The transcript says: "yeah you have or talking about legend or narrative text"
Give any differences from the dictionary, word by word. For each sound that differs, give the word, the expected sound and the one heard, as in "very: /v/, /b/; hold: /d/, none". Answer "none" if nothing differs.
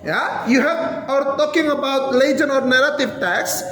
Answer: legend: /d/, none